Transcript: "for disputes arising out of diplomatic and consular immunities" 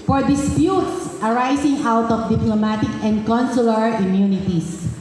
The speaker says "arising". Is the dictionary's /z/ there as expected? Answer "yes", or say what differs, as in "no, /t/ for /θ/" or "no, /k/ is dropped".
no, /s/ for /z/